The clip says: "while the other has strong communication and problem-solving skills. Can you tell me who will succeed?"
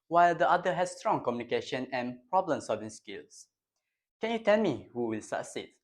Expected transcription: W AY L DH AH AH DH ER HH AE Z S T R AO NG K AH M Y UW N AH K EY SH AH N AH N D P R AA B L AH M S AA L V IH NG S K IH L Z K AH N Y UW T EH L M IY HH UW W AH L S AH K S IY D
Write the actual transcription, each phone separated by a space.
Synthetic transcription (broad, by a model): W AY L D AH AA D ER HH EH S S T R AO NG K AH M Y UW N AH K EY SH AH N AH N P R AA B L AH M S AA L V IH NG S K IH L S K AH N Y UW T EH L M IY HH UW W AH L S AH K S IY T